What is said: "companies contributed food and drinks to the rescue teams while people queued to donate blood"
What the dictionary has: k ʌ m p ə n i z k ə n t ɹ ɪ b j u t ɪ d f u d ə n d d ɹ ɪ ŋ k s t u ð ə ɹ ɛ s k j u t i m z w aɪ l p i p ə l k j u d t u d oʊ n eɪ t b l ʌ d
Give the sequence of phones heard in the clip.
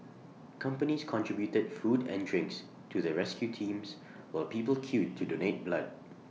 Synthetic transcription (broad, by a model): k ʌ m p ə n i s k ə n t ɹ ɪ b j u t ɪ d f u d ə n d d ɹ ɪ ŋ k s t u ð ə ɹ ɛ s k j u t i m s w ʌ p i p ə l k j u t u d oʊ n eɪ t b l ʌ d